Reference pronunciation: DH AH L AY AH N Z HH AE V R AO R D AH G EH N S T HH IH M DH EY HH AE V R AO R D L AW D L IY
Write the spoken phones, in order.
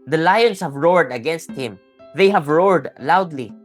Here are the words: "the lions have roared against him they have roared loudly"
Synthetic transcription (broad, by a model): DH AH L AY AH N S HH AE V R AO R D AH G EH N S T HH IH M DH EY HH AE V R AO R D L AW D L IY